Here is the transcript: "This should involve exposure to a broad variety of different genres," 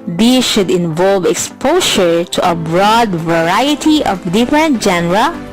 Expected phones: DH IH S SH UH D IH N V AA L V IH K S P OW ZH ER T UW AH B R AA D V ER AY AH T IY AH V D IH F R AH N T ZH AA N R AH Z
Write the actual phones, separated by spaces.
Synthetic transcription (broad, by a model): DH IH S SH UH D IH N V AA L V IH K S P OW SH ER T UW AH B R AA D V ER AY AH T IY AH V D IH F R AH N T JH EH N R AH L